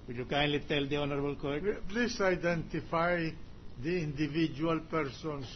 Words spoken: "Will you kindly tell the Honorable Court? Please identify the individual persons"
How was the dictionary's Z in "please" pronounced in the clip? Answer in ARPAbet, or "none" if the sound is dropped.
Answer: S